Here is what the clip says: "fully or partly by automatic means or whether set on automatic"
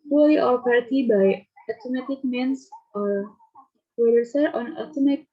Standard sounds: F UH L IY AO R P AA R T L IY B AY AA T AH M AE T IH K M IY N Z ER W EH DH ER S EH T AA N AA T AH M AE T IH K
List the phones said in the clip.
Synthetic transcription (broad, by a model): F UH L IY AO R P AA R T IY B AY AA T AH M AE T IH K M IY N S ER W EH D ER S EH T AA N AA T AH M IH